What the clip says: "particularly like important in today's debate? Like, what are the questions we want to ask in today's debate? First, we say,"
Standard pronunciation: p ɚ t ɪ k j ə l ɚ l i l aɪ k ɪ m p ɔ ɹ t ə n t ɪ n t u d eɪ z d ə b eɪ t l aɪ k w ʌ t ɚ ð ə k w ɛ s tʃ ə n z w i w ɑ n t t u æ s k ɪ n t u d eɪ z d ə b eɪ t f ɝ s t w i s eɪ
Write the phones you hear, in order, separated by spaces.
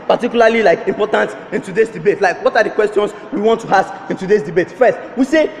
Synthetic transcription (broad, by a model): p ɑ t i k j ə l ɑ l i l aɪ k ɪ m p ɔ t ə n t ɪ n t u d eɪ s d ə b eɪ t l aɪ k w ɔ t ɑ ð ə k w ɛ s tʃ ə n s w i w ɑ n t t u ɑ s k ɪ n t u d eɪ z d ə b eɪ t f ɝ s t w i s eɪ